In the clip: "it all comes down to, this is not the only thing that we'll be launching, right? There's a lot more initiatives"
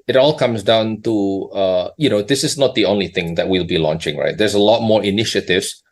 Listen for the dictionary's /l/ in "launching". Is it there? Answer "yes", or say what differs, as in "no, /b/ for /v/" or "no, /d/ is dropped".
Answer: yes